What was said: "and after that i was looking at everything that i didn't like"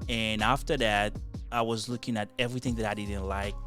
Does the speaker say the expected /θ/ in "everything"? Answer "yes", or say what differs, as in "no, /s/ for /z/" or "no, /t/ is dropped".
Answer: yes